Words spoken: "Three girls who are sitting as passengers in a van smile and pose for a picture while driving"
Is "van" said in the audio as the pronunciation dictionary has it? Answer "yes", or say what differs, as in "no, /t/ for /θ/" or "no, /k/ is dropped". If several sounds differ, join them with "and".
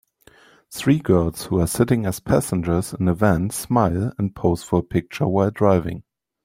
yes